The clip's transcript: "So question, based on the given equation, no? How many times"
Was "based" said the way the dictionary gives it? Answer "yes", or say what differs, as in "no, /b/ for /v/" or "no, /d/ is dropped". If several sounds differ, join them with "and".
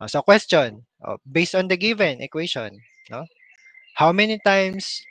yes